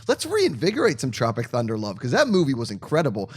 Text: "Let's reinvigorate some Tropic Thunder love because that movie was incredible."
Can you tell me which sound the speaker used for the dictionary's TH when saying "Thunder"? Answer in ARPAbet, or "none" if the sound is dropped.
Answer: TH